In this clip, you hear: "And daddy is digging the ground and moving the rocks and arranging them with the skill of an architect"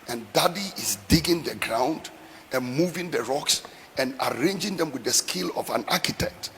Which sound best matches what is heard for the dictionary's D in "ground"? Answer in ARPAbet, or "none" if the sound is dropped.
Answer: D